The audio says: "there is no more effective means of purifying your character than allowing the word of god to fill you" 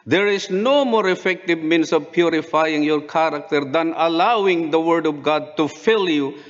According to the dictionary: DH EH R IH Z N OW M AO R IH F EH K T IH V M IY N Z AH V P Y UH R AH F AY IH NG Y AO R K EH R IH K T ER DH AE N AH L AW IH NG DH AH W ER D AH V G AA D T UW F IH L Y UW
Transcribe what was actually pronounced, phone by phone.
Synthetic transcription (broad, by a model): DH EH R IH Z N OW M AO R IH F EH K T IH V M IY N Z AH V P Y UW R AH F AY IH NG Y AO R K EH R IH K T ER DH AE N AH L AW IH NG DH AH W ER D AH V G AA D T UW F IH L Y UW